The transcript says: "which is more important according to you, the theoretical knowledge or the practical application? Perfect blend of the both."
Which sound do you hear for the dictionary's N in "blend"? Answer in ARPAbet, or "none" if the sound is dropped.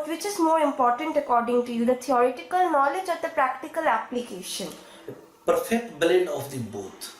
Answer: none